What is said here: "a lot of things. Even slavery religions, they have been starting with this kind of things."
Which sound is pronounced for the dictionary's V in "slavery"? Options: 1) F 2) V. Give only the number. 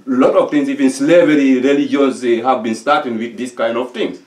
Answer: 2